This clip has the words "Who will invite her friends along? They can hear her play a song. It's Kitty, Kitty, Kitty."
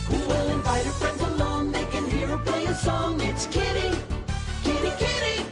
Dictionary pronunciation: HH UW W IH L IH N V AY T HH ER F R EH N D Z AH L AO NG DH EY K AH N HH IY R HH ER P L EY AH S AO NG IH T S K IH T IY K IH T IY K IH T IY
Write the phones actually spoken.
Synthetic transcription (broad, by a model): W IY W IH L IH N V AY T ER F R EH N D Z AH L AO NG DH EY K AH N HH IY R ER P L EY AH S AO NG IH T S K IH T IY K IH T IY K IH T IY